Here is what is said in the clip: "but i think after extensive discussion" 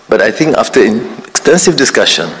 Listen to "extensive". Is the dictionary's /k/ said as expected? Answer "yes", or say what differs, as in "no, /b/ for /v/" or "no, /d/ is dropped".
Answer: yes